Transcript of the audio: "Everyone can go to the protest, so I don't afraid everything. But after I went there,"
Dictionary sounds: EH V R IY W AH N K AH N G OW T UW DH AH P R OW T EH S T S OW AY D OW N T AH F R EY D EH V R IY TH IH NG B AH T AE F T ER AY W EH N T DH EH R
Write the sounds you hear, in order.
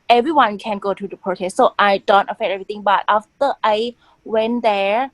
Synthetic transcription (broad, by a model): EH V R IY W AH N K AH N G OW T UW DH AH P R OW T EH S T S OW AY D OW N T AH F EY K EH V R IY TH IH NG B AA T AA F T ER AY W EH N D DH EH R